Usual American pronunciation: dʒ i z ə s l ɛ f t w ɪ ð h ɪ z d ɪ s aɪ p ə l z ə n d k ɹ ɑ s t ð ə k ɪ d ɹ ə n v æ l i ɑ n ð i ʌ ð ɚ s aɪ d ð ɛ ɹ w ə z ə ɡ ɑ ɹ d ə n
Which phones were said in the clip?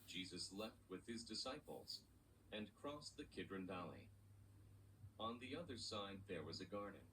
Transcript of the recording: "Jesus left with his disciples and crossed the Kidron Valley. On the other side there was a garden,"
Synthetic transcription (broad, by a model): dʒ i z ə s l ɛ f t w ɪ ð ɪ z d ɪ s aɪ p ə l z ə n k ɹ ɑ s ð ə k ɪ d ɹ ə n v æ l i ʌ n ð i ʌ ð ɚ s aɪ d ð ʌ ɹ w ə z ə ɡ ɑ ɹ d n